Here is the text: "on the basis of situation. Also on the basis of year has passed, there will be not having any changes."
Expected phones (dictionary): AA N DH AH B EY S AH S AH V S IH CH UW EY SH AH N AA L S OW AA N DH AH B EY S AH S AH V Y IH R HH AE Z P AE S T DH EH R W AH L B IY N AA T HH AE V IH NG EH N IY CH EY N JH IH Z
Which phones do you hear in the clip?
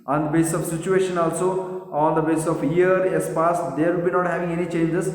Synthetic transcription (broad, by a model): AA N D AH B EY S S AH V S IH CH UW EY SH AH N AA L S OW AA N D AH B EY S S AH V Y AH R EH S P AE S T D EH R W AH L B IY N AA T HH AE V IH NG EH N IY CH EY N JH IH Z